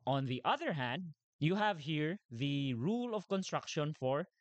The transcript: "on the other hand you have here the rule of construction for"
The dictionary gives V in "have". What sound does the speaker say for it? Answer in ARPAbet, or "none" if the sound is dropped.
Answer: V